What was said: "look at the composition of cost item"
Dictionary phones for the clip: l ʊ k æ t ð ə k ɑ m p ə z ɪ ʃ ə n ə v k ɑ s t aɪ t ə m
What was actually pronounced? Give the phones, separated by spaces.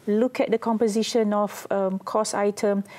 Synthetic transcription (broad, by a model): l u k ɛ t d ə k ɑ m p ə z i ʃ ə n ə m k ɑ s aɪ t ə m